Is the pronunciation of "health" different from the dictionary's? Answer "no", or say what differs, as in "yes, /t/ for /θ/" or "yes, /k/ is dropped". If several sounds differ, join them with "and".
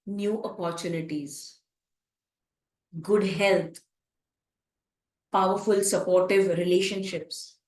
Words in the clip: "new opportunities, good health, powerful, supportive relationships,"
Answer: yes, /t/ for /θ/